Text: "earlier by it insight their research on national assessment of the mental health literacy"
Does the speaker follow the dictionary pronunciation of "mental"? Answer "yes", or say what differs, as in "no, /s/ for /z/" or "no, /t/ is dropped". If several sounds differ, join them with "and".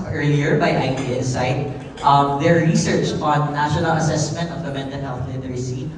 no, /n/ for /l/